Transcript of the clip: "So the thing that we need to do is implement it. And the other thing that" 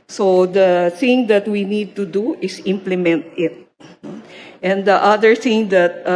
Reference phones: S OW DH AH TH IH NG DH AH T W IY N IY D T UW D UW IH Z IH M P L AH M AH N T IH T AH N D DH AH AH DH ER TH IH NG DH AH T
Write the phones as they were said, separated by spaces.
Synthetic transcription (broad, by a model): S OW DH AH TH IH NG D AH T W IY N IY D T UW D UW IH S IH M P L AH M AH N T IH T AH N D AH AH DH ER TH IH NG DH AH T